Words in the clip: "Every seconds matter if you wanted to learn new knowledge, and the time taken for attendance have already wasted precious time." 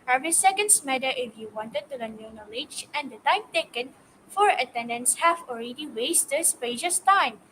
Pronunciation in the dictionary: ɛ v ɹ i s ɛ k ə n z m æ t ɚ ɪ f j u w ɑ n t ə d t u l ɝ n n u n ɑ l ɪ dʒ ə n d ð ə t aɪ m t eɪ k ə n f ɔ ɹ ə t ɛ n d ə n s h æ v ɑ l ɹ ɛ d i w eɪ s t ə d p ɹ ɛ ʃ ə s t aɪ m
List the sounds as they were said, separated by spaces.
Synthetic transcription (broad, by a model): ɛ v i s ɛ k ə n s m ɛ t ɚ ɪ f j u w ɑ n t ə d t u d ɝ n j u n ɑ l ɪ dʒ ə n d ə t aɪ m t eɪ k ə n f ɔ ɹ ə t ɛ n d ə n s h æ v ɑ l ɹ ɛ d i w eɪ s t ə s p ɛ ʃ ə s t aɪ m